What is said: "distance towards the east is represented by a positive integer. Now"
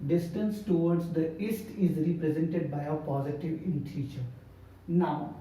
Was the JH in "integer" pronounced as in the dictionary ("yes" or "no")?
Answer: no